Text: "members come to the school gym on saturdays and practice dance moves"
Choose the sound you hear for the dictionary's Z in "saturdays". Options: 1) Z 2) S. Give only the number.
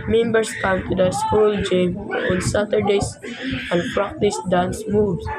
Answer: 2